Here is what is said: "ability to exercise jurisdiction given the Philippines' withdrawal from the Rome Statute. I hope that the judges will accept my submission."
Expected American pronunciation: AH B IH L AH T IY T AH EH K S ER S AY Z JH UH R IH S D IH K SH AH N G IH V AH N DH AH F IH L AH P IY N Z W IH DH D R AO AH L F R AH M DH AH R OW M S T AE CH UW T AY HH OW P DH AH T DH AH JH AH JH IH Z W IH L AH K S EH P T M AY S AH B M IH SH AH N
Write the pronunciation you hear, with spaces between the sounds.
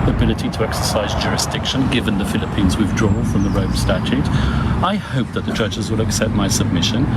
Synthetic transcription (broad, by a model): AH B IH L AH T IY T AH EH K S ER S AY Z JH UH R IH S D IH K SH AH N G IH V AH N DH AH F IH L AH P IY N Z W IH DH D R AO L F R AH M DH AH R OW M S T AE CH UW T AY HH OW P DH AH T DH AH JH AH JH IH Z W IH L AH K S EH P T M AY S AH B M IH SH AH N